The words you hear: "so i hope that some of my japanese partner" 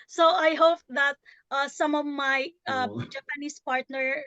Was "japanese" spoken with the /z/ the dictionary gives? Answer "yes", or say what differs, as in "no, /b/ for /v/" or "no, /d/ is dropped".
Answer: no, /s/ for /z/